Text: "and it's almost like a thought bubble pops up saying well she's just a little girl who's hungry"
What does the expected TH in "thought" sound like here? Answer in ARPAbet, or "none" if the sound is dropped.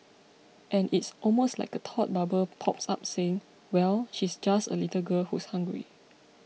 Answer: T